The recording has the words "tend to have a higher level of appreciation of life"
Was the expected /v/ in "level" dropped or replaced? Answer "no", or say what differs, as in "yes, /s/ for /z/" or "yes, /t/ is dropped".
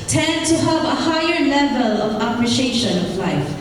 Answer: no